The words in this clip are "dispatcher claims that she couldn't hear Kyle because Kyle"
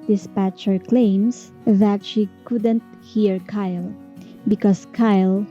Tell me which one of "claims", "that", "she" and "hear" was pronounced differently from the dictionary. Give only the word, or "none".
claims